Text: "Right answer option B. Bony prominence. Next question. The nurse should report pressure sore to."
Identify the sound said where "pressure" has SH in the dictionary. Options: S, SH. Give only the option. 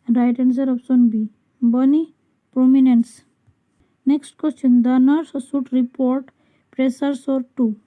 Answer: S